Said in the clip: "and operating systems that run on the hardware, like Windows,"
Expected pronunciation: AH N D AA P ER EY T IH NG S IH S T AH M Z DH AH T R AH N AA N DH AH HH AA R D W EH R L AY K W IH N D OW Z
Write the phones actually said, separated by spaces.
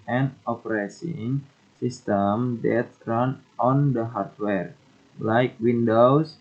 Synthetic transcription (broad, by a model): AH N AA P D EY S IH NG S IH S T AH M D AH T R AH N AA N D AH HH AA R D W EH R L AY K W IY N D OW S